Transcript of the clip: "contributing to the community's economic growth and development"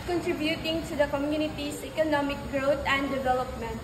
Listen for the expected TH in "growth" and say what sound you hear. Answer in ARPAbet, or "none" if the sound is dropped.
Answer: T